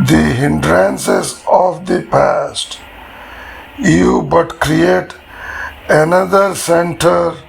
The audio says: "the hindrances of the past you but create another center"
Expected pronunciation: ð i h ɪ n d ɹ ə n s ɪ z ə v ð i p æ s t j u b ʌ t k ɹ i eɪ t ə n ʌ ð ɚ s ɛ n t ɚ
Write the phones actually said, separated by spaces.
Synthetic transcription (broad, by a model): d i h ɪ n d ɹ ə n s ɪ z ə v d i p æ s t j u b ʌ t k ɹ i eɪ t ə n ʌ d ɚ s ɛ n t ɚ